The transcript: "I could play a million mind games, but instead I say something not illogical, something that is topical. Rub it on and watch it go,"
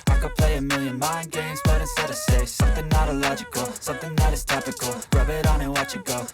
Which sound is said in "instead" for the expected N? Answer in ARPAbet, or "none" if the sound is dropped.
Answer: none